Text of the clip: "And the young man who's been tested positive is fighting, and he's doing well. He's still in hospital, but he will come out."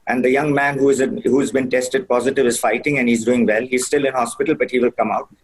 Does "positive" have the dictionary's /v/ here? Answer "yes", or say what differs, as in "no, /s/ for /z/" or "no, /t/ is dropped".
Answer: yes